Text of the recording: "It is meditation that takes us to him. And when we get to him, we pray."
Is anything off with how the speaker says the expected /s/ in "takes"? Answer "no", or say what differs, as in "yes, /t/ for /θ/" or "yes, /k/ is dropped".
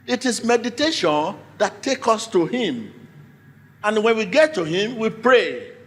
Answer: yes, /s/ is dropped